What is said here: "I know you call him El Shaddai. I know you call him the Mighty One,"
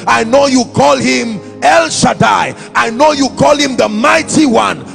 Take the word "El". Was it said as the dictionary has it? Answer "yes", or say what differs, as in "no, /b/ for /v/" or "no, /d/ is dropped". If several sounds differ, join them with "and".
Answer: yes